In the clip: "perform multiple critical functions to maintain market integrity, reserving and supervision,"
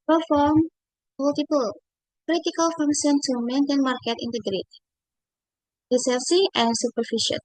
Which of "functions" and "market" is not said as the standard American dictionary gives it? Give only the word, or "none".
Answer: functions